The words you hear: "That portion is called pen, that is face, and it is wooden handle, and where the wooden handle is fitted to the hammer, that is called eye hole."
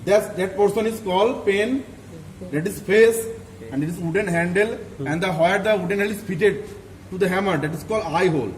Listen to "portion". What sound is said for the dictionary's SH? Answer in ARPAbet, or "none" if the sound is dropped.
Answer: S